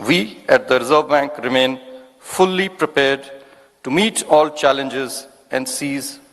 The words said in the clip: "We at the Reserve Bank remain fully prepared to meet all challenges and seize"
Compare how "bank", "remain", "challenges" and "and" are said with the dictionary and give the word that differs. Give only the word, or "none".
none